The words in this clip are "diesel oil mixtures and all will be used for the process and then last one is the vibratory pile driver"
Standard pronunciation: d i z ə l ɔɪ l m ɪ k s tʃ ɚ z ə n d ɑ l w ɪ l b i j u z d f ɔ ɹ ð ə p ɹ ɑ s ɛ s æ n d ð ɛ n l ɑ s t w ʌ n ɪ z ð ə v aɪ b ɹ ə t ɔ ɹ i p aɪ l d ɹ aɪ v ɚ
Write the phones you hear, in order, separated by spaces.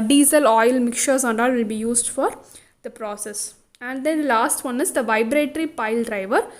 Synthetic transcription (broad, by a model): d i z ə l ɔɪ l m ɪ k tʃ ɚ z ə n d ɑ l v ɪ l b i j u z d f ɔ ɹ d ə p ɹ ɑ s ɛ s æ n d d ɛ n l ɑ s t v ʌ n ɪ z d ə v aɪ b ɹ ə t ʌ ɹ i p aɪ l d ɹ aɪ v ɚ